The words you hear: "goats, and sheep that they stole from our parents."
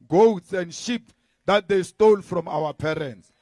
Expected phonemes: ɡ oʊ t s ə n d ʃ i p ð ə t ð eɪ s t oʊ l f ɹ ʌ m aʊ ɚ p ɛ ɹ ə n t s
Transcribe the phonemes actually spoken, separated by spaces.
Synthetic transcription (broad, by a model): ɡ oʊ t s ə n d ʃ i p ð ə t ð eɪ s t oʊ l f ɹ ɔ m aʊ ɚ p ɛ ɹ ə n t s